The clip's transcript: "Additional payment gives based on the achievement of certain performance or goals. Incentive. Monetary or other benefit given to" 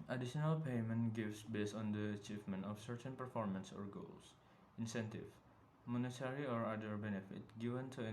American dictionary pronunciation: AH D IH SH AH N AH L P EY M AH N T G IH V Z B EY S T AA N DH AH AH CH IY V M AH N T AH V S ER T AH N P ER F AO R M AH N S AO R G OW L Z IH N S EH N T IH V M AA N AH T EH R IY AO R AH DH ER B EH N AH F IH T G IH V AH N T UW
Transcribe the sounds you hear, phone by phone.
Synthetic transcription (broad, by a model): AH D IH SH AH N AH L P EY M AH N T G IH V S B EY S T AA N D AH AH CH IY V M AH N T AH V S ER T AH N P ER F AO R M AH N S AO R G OW L S IH N S EH N T IH V M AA N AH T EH R IY AO R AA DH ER B EH N AH F IH T G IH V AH N T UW